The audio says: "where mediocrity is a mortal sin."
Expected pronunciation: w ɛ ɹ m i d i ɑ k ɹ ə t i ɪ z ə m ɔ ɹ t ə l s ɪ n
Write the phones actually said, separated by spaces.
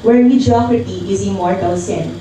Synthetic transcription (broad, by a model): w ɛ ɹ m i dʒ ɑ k ə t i ɪ z ə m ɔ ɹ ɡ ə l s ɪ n